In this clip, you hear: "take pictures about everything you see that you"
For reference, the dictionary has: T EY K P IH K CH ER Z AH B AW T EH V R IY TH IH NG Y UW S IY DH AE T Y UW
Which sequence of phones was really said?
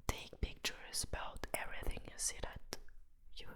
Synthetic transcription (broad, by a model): T EY K P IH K CH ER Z AH B AW T EH V R IY TH IH NG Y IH S IY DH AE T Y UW